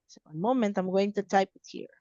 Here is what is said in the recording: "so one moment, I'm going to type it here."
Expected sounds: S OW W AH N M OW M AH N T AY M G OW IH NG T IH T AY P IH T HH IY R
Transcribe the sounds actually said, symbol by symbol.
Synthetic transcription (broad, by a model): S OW W AH N M OW M AH N T AY M G OW IH NG T IH T AY P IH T HH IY R